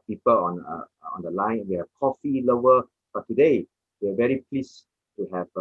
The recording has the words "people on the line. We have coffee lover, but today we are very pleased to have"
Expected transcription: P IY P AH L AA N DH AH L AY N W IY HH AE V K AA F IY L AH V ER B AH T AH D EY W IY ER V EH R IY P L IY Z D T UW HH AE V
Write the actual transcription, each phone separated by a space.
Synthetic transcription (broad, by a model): P IY P AH L AA N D AH L AY N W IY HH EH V K AA F IY L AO ER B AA T AH D EY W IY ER V EH R IY P L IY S T UW HH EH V